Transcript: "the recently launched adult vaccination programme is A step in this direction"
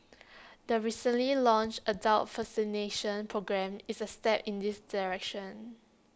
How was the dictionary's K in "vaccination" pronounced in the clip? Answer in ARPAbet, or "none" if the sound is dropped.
none